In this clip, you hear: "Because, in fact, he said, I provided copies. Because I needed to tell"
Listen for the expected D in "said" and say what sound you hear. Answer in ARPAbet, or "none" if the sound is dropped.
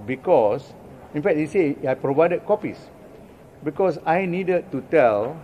none